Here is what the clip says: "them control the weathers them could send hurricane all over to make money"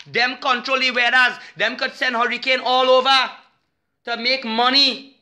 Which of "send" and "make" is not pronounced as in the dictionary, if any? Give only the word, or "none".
none